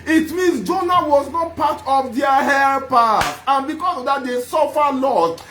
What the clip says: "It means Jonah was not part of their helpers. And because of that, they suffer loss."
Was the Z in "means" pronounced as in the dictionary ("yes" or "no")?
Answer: no